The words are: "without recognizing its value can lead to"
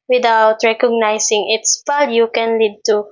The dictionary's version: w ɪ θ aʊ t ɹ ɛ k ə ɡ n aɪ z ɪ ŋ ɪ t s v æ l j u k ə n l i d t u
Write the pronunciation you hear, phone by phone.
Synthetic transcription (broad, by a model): w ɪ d aʊ t ɹ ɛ k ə ɡ n aɪ s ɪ ŋ ɪ t s p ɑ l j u k ə n l i d t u